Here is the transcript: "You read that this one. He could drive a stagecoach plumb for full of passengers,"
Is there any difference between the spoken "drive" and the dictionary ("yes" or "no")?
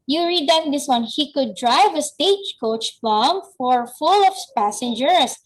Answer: no